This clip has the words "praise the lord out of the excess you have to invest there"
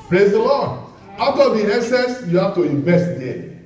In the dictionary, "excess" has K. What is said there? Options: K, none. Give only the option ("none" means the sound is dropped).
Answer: none